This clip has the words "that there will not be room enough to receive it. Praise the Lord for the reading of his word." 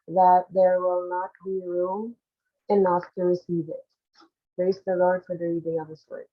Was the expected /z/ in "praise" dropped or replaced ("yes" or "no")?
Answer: yes